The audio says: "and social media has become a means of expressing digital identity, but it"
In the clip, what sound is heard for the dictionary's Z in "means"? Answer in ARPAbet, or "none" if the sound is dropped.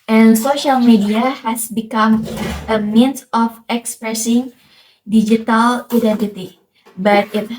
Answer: S